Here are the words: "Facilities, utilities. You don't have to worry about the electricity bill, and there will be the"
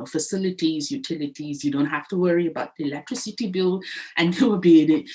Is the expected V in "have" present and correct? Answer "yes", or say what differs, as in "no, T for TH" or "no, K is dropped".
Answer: no, F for V